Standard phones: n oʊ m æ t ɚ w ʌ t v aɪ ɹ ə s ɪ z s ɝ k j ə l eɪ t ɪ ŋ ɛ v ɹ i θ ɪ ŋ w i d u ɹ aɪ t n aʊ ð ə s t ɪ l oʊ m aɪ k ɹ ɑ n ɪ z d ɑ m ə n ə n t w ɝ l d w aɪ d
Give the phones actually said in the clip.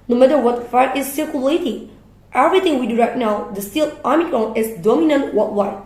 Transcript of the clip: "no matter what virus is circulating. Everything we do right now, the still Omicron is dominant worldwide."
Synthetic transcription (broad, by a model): n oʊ m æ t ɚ w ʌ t f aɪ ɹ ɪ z s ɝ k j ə l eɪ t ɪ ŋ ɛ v ɹ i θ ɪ ŋ w i d u ɹ aɪ t n aʊ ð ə s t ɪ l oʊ m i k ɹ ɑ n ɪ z d ɑ m ə n ə n t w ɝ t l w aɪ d